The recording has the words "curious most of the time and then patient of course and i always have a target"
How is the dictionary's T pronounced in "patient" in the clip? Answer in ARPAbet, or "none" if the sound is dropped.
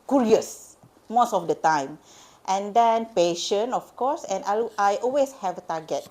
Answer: none